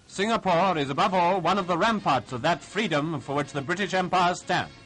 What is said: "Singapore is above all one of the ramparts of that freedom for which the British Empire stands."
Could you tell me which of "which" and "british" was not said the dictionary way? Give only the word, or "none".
none